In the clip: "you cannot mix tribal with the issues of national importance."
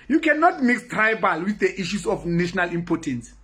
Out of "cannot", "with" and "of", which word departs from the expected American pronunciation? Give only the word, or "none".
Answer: of